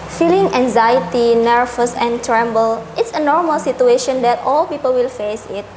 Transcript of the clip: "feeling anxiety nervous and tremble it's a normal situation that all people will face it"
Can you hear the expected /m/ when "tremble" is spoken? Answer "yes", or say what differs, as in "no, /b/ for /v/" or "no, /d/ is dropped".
yes